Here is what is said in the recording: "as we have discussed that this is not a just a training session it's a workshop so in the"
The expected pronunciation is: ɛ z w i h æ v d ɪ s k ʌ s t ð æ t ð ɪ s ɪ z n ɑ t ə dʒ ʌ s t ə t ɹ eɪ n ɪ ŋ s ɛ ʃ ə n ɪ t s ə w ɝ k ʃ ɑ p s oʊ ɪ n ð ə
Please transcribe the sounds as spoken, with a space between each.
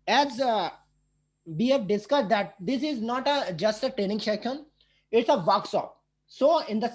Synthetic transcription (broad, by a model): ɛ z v i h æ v d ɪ s k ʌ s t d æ t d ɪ s ɪ z n ɑ t ə dʒ ʌ s t ə t ɹ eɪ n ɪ ŋ ʃ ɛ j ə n ɪ t s ə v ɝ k s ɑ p s oʊ ɪ n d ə